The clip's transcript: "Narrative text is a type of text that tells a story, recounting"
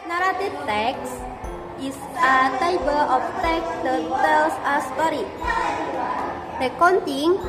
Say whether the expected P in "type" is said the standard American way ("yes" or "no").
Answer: no